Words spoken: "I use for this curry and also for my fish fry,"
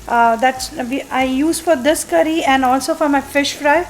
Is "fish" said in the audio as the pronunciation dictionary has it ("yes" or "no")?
yes